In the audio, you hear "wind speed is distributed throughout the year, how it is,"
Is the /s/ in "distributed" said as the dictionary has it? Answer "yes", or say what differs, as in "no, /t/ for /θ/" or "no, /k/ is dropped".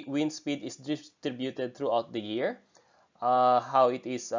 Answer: no, /s/ is dropped